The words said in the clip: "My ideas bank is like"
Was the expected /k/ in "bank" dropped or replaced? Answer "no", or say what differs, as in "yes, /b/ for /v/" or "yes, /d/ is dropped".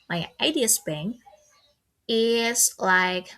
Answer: yes, /k/ is dropped